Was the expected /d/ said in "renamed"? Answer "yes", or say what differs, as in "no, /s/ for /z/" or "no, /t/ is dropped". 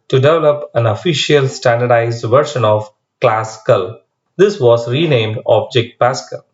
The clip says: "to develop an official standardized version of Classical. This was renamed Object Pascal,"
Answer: yes